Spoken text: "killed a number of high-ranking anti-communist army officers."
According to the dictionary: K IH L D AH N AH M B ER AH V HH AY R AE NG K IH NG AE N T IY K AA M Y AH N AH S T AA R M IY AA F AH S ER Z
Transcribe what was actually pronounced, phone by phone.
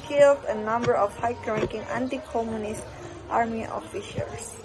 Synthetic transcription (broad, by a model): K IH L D AH N AH M B ER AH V HH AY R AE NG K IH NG AE N T IY K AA M Y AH N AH S T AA R M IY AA F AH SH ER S